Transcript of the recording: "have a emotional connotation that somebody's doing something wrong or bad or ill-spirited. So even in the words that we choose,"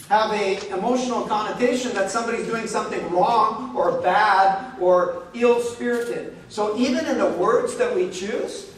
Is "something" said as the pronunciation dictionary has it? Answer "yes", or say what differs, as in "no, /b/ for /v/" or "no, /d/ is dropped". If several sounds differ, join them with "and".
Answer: yes